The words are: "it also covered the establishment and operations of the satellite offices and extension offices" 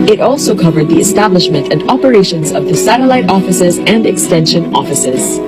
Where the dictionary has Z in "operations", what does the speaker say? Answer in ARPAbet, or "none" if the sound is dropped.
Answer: Z